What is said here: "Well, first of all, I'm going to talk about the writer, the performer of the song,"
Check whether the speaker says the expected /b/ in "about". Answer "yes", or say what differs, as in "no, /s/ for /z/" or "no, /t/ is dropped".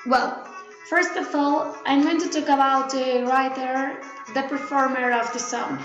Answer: no, /b/ is dropped